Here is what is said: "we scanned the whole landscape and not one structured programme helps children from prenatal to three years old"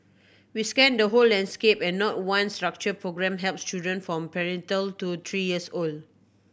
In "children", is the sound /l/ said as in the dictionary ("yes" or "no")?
no